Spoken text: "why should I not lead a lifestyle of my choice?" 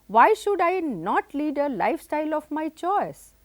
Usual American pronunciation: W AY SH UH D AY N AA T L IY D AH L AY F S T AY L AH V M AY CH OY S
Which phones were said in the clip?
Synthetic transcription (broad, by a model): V AY SH UH D AY N AA T L IY D AH L AY F S T AY L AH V M AY CH OY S